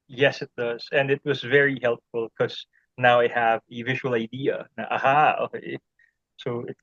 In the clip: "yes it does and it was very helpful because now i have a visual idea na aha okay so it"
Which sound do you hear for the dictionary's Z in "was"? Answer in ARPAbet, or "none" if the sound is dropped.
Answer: Z